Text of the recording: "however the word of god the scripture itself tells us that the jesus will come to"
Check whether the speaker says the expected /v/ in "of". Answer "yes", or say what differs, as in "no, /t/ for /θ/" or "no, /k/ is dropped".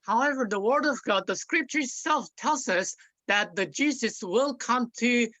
yes